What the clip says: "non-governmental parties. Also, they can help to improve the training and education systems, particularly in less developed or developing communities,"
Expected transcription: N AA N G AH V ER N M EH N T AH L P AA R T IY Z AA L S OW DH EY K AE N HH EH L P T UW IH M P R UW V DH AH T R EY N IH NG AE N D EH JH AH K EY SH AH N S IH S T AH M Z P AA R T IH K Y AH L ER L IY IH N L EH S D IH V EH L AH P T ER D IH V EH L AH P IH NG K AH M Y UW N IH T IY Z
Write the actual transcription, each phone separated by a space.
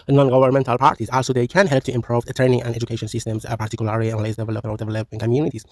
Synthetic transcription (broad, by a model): N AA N G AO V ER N M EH N T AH L P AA R T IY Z AA L S OW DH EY K AE N HH EH L P T UW IH M P R UW V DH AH T R EY N IH NG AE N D EH JH AH K EY SH AH N S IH S T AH M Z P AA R T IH K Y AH L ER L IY IH N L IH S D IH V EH L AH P ER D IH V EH L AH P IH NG K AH M Y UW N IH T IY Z